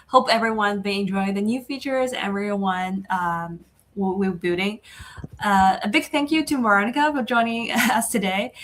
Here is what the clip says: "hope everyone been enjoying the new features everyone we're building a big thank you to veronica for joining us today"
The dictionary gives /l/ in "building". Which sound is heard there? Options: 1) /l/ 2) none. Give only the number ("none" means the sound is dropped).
2